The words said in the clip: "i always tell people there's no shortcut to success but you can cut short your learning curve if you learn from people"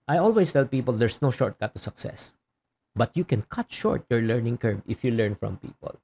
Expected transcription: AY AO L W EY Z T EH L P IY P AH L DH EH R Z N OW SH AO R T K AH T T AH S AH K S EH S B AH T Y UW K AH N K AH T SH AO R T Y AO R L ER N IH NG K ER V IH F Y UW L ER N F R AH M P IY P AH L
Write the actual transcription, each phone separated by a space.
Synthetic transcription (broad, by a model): AY AO L W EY S T EH L P IY P AH L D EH R S N OW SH AO R T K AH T T AH S AH K S EH S B AH T Y UW K AH N K AH T SH AO R T Y AO R L ER N IH NG K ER B IH F Y UW L ER N F R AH M P IY P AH L